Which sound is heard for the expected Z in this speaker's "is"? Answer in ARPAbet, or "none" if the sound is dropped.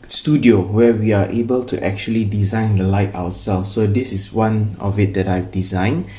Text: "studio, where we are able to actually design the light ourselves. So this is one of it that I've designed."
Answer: S